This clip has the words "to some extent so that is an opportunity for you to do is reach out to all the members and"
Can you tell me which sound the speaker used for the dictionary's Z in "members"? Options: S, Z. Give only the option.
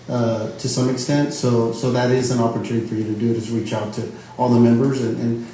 Z